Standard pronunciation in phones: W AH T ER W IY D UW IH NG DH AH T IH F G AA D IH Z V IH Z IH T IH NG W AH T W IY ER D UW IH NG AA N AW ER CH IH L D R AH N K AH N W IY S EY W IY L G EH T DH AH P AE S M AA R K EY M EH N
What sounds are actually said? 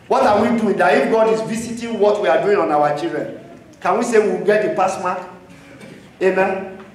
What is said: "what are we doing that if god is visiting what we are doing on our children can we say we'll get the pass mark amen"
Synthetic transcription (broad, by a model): W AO T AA W IY D UW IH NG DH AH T IH F G AA D IH Z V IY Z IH T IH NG W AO T W IY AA D UW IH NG AA N AW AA CH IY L D R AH N K AH N W IY S EY W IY W G EH T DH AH P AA S M AA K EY M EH N